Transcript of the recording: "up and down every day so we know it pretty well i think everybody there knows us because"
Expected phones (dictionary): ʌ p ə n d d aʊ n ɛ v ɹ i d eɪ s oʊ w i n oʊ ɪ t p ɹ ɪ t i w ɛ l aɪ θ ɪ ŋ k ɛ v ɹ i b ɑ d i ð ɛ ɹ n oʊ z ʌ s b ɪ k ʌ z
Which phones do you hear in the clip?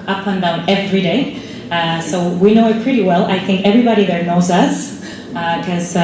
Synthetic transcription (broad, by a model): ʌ p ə n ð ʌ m ɛ v ɹ i d eɪ s oʊ w i n oʊ ɪ t p ɹ ɪ t i w ɛ l aɪ θ ɪ ŋ k ɛ v ɹ i b ɑ d i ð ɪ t n oʊ z ʌ s k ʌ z